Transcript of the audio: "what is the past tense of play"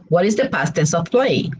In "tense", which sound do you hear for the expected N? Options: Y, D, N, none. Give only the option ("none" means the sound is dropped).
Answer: none